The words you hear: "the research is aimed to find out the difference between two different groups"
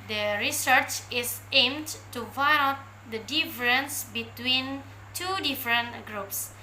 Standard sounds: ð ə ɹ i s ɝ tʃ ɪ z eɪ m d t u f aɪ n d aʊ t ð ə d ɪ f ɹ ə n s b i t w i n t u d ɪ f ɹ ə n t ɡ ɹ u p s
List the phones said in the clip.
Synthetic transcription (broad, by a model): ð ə ɹ i s ɝ tʃ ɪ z eɪ m d t u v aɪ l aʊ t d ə d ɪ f ɹ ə n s b i t w i n t u d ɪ f ɹ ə n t ɡ ɹ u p s